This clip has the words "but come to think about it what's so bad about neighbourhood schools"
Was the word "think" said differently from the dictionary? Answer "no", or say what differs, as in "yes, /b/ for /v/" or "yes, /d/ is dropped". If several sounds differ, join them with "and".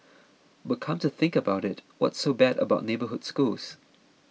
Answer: no